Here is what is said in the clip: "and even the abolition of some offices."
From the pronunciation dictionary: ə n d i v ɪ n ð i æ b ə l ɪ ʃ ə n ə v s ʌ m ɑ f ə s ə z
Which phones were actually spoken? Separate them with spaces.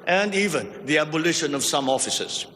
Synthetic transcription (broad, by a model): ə n d i v ɪ n ð i æ b ə l ɪ ʃ ə n ə v s ʌ m ɑ f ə s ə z